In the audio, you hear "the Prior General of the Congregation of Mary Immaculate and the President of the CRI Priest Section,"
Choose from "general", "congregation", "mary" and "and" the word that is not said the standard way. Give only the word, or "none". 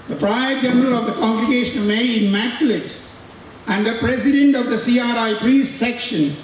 mary